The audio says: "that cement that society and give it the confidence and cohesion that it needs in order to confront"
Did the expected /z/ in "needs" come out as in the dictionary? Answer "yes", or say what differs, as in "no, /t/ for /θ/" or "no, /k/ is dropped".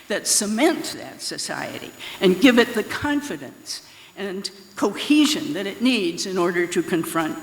yes